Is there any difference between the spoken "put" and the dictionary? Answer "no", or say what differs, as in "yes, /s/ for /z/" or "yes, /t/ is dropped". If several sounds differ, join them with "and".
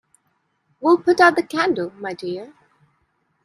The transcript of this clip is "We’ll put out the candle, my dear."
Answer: no